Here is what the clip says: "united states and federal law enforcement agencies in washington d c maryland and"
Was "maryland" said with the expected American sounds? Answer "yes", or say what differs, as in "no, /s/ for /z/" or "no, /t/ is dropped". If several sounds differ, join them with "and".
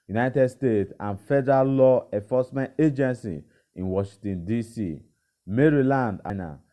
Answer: yes